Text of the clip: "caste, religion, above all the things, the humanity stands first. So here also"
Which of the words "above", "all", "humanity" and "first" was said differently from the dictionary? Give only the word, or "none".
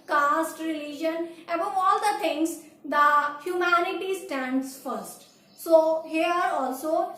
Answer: none